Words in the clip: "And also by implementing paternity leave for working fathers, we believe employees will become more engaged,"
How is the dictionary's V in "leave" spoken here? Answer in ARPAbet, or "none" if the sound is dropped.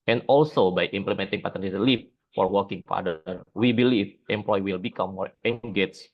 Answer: F